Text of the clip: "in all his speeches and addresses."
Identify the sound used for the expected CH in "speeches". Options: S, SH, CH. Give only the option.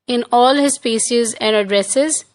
SH